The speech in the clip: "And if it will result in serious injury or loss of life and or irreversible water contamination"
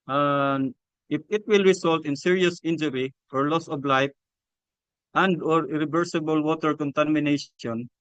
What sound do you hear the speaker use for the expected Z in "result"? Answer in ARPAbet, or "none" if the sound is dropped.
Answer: S